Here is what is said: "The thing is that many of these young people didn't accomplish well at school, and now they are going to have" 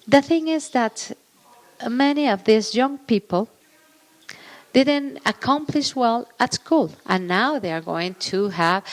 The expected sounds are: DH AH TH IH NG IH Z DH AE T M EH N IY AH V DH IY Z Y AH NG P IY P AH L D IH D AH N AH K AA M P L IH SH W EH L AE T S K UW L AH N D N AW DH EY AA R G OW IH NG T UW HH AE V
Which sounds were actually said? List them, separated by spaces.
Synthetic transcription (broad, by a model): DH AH TH IH NG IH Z DH AE T M EH N IY AH V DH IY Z Y AH NG P IY P AH L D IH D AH N AH K AA M P L IH SH W EH L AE T S K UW L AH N N AW DH EY AA R G OW IH NG T UW HH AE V